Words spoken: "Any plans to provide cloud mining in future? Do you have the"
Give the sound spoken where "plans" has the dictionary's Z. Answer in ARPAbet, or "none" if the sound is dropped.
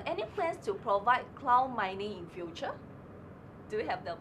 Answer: S